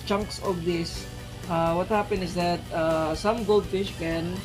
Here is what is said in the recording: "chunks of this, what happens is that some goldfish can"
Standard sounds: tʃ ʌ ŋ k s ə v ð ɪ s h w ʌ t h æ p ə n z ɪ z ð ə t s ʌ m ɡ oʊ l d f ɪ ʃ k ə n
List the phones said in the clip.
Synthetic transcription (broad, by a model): tʃ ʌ ŋ k s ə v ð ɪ s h w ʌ t h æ p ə n ɪ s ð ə t s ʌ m ɡ oʊ l d f ɪ ʃ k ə n